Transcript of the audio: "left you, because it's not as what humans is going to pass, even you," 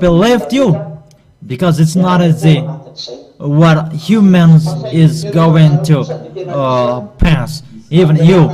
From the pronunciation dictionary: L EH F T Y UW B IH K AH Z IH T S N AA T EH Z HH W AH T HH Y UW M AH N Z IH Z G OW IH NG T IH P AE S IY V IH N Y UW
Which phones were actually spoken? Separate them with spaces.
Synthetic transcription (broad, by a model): L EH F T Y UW B IH K AH Z IH T S N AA T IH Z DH W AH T HH Y UW M AH N Z IH Z G OW IH NG T IH P AE S IY V IH N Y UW